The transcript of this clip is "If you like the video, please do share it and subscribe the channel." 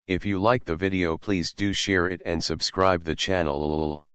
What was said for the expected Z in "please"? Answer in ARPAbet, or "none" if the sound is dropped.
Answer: Z